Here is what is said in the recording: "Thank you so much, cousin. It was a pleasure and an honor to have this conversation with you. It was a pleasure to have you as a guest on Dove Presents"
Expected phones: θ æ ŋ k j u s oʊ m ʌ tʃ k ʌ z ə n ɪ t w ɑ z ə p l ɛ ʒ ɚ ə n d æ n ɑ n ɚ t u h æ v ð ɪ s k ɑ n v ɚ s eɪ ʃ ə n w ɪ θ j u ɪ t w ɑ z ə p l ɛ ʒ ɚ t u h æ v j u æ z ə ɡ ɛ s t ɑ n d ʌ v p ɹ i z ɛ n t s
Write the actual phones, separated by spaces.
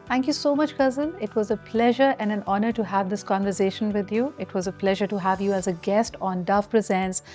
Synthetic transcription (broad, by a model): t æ ŋ k j u s oʊ m ʌ tʃ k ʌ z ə l ɪ t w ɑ z ə p l ɛ ʒ ɚ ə n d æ n ɑ n ɚ t u h æ v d ɪ s k ɑ n v ɚ s eɪ ʃ ə n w ɪ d j u ɪ t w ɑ z ə p l ɛ ʒ ɚ t u h æ v j u æ z ə ɡ ɛ s t ɑ n d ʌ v p ɹ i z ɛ n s